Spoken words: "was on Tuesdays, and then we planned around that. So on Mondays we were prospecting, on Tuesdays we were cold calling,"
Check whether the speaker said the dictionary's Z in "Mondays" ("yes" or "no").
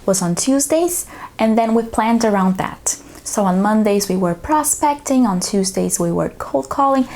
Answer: yes